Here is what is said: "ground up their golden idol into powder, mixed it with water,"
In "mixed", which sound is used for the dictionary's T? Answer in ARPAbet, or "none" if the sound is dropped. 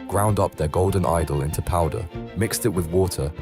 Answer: T